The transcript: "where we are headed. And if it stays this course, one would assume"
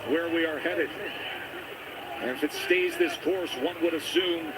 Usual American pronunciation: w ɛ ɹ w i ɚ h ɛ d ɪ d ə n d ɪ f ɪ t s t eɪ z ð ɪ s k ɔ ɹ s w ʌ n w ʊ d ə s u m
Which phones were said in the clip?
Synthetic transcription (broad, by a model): w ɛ ɹ w i ɚ h ɛ d ɪ d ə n ɪ f ɪ t s t eɪ z ð ɪ s k ɔ ɹ s w ʌ n w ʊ d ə s u m